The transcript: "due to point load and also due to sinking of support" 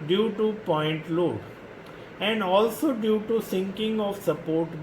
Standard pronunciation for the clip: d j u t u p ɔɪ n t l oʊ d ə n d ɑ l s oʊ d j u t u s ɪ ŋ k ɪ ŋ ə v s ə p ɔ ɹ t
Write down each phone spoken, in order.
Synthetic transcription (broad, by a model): d j u t u p ɔɪ n t l oʊ ə n d ɑ l s oʊ d j u t u s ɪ ŋ k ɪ ŋ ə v s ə p ɔ ɹ t